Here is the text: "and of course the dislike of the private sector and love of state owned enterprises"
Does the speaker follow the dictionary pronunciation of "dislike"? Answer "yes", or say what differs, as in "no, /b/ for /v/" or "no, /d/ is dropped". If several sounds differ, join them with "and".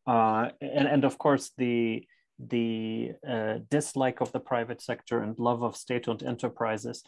yes